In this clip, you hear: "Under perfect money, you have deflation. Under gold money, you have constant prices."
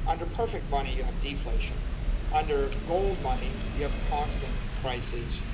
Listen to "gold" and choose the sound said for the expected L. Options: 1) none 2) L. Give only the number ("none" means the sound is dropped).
2